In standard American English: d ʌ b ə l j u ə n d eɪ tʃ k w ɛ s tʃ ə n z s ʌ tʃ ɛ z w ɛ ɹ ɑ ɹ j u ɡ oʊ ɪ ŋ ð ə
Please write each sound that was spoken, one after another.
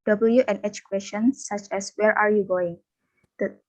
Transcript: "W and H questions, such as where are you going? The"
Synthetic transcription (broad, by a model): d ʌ b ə l j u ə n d eɪ tʃ k w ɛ s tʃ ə n s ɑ tʃ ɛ s w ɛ ɹ ɑ ɹ j u ɡ oʊ ɪ ŋ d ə